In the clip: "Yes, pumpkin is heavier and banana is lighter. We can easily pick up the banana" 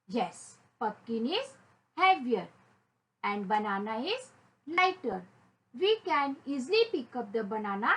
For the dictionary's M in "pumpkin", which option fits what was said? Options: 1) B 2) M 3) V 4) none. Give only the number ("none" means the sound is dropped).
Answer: 4